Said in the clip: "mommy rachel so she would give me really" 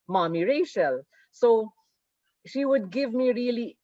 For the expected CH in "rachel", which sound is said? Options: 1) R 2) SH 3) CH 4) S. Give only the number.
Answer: 2